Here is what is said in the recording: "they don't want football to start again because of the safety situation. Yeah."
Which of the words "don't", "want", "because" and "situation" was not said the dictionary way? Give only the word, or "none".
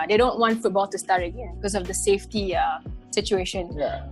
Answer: because